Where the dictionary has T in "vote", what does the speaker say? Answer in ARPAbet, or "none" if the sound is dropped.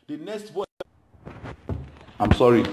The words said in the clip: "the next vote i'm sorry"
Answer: none